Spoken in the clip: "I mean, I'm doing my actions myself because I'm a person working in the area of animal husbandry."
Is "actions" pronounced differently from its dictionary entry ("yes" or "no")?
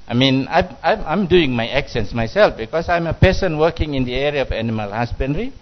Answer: yes